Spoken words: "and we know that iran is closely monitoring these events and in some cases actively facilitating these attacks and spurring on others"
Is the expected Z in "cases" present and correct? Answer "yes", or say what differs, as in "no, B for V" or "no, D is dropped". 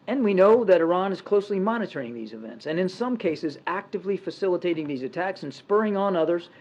yes